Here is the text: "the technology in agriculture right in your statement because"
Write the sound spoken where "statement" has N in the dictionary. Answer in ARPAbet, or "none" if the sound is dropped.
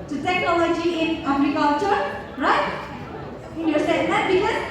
none